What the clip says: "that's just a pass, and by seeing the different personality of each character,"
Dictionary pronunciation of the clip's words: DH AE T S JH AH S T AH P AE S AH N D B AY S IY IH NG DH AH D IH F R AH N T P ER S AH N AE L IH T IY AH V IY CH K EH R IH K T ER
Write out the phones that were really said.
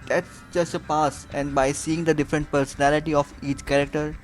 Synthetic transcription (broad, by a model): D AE T S JH AH S T AH P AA S AH N D B AY S IY IH NG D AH D IH F R AH N T P ER S AH N AE L IH T IY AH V IY CH K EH R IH K T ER